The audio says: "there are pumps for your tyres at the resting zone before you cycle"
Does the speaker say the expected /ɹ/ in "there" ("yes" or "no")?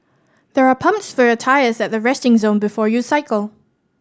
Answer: yes